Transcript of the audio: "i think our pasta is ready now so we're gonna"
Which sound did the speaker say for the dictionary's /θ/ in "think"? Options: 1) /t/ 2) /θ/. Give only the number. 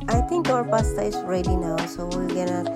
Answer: 1